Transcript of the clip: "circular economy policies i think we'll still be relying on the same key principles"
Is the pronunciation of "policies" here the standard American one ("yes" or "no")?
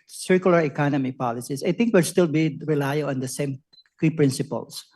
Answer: no